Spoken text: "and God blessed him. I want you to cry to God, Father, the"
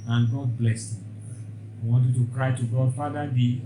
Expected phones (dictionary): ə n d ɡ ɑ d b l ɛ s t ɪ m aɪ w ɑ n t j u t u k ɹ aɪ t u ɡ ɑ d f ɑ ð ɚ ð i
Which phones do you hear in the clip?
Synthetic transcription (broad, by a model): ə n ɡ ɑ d b l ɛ s ɪ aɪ w ɑ n t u t u k ɹ aɪ t u ɡ ɑ d f ɑ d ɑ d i